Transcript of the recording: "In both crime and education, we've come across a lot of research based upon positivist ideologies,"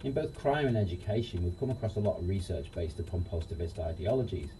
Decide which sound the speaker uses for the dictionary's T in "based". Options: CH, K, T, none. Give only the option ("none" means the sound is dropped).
T